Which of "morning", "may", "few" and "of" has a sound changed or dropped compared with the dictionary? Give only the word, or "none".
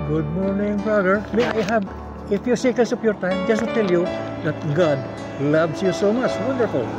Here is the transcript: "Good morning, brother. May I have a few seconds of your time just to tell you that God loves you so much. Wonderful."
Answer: of